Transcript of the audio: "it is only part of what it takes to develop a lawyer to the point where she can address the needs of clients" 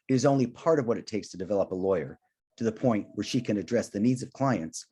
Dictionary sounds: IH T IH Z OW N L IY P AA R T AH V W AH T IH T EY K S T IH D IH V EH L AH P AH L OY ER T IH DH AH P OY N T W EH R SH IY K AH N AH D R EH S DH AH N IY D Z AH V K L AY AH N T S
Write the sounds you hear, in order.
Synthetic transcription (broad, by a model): IH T IH Z OW N L IY P AA R T AH V W AH T IH T EY K S T IH D IH V EH L AH P AH L OY ER T IH DH AH P OY N T W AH R SH IY K AH N AH D R EH S DH AH N IY D Z AH V K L AY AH N T S